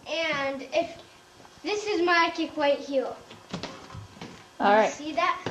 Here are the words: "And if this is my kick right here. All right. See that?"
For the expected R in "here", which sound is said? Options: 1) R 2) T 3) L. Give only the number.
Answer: 3